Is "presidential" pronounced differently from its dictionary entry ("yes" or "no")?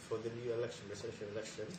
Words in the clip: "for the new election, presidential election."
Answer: yes